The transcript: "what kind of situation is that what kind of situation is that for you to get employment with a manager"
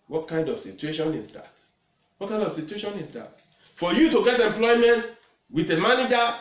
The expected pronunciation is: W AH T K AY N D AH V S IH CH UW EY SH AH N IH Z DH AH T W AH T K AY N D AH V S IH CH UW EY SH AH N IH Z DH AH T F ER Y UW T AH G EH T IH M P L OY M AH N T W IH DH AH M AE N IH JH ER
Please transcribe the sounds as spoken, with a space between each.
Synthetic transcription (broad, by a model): W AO T K AY N D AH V S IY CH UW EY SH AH N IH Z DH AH T W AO T K AY N D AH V S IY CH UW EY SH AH N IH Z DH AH T F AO Y UW T AH G EH T IH M P L OY M AH N T W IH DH AH M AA N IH JH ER